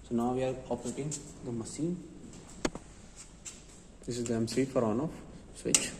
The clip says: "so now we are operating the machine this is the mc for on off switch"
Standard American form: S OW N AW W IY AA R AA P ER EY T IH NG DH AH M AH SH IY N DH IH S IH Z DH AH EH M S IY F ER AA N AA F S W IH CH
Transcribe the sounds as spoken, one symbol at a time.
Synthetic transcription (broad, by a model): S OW N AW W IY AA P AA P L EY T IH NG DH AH M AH S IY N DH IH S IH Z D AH EH M S IY F ER AA N AA F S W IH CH